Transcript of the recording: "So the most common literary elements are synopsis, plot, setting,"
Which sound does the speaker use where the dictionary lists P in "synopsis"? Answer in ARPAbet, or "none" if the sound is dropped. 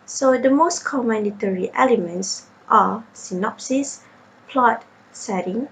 P